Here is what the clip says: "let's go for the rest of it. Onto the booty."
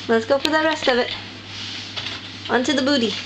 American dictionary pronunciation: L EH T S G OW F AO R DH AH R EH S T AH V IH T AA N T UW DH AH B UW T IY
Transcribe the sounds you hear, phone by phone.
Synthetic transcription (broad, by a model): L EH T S G OW P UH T DH AH R EH S T AH V IH T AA N T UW DH AH B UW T IY